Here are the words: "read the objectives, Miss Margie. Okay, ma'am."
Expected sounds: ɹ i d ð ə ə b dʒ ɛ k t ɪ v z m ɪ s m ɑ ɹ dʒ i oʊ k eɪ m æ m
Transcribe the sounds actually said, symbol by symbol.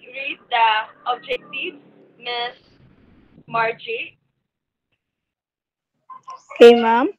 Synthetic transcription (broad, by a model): ɹ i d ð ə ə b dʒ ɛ k t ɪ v m ɪ s m ɑ ɹ dʒ i oʊ k eɪ m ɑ m